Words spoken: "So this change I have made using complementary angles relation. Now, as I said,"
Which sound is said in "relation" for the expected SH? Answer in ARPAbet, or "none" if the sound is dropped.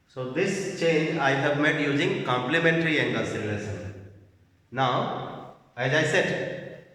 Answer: S